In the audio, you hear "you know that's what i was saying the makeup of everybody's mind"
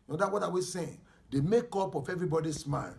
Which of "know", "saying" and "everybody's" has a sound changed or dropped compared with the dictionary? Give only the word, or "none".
everybody's